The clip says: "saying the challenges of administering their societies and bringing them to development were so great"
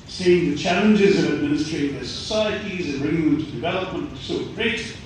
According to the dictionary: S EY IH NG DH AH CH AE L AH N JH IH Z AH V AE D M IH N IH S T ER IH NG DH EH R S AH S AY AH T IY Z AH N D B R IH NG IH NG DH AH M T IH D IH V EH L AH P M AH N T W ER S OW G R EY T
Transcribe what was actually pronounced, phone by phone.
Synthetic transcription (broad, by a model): S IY IH NG DH AH CH AE L AH N JH IH Z AH V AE D M IH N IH S T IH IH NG DH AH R S AH S AY AH T IY Z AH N B R IH NG IH NG DH AH M T IH D IH V EH L AH P M AH N T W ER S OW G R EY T